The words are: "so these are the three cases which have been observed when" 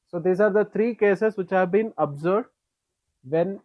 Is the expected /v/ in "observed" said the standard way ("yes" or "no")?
no